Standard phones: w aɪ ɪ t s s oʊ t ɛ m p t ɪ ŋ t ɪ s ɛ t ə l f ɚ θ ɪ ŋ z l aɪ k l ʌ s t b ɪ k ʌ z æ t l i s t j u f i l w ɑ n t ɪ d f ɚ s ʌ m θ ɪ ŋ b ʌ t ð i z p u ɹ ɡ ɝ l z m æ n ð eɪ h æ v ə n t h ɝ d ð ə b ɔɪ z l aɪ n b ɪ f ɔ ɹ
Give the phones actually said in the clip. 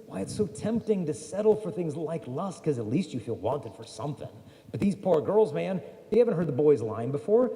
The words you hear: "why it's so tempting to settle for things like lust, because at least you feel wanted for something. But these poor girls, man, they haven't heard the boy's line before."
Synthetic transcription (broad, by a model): w aɪ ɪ t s s oʊ t ɛ m p t ɪ ŋ t ɪ s ɛ t l f ɚ θ ɪ ŋ z l aɪ k l ʌ s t k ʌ z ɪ t l i s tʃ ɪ f i l w ɑ n t ɪ d f ɚ s ʌ m θ ɪ ŋ b ʌ t ð i z p u ɹ ɡ ɝ l z m æ n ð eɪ h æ v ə n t h ɝ d ð ə b ɔɪ z l aɪ n b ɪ f ɔ ɹ